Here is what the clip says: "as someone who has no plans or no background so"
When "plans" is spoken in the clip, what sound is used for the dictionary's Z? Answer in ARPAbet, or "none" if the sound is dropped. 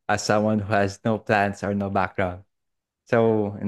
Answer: S